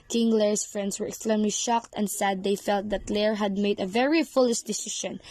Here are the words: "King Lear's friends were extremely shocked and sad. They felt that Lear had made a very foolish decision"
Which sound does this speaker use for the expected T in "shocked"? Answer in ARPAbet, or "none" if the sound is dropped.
T